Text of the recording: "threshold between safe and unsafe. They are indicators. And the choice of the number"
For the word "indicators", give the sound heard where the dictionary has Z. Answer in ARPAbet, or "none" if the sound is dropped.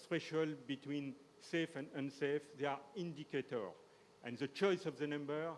none